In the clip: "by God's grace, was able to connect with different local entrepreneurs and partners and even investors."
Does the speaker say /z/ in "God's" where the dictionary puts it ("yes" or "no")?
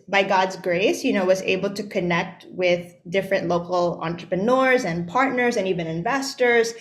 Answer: yes